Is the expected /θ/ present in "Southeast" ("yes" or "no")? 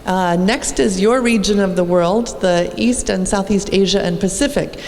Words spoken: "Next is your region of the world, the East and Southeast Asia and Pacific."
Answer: yes